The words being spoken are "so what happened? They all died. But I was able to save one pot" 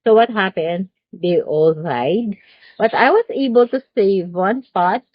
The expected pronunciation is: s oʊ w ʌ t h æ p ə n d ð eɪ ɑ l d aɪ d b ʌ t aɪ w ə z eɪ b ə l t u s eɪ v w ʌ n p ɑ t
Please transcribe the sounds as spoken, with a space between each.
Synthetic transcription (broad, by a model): s oʊ w ʌ t h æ p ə n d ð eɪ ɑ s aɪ d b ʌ t aɪ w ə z eɪ b ə l t u s eɪ v w ʌ n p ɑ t